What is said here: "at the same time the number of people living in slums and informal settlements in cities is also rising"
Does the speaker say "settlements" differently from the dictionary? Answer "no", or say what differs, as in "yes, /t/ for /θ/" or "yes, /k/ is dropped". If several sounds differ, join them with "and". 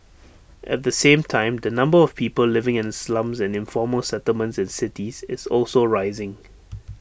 no